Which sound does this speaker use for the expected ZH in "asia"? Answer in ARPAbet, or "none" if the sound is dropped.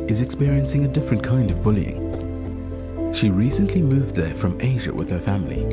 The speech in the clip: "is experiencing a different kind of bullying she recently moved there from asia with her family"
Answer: ZH